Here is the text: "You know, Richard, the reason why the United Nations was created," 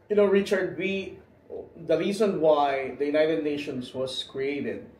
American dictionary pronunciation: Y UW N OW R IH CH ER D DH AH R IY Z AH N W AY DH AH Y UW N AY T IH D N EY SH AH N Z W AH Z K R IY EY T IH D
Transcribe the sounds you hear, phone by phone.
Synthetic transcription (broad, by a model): Y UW N OW R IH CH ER D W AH R IY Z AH N W AY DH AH Y UW N AY T IH D N EY SH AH N S W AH S K R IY EY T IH D